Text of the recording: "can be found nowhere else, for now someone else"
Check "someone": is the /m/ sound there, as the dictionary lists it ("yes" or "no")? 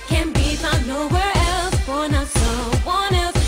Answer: no